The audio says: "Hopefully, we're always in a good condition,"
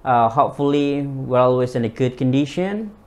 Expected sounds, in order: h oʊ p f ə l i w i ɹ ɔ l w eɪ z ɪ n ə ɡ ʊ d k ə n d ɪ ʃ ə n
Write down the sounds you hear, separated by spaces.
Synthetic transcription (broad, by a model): h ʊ p f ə l i w i ɹ ɔ l w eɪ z ɪ n ə ɡ ʊ d k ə n d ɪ ʃ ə n